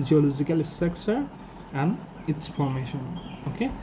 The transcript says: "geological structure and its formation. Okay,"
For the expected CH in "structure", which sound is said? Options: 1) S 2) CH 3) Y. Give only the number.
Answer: 1